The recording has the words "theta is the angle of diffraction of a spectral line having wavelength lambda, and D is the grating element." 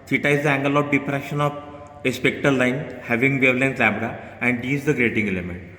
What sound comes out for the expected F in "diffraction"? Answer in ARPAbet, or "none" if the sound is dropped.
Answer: P